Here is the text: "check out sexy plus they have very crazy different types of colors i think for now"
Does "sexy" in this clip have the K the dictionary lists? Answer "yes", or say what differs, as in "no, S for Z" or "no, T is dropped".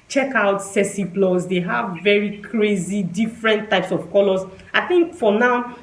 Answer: no, K is dropped